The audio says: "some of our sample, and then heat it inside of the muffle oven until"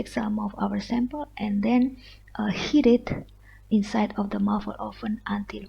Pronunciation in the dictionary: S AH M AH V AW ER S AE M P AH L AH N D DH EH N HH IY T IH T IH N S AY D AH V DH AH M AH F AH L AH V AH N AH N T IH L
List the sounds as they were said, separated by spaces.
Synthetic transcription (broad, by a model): S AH M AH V AW ER S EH M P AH L AH N D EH N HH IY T IH T IH N S AY D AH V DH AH M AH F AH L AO F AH N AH N T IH L